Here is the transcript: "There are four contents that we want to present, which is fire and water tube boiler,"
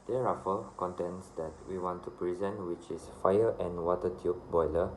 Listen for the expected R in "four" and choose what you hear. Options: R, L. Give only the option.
L